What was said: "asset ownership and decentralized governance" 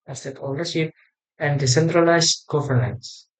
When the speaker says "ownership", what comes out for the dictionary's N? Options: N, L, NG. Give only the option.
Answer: L